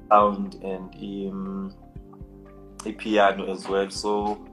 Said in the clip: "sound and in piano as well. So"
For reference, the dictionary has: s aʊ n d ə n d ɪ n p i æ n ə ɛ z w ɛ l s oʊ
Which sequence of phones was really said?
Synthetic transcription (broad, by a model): aʊ n d ə n d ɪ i p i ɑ n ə ɛ z w ɛ l s oʊ